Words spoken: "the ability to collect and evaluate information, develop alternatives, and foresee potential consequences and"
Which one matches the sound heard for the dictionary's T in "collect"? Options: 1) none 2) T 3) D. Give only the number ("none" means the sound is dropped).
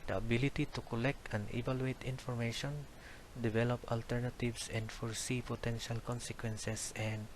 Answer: 2